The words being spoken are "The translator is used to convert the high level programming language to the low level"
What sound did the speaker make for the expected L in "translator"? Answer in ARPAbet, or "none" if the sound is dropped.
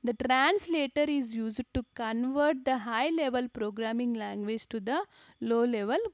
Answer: L